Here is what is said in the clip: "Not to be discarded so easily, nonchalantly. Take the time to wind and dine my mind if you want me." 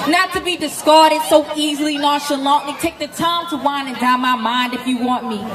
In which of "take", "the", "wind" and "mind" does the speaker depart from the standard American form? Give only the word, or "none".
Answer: wind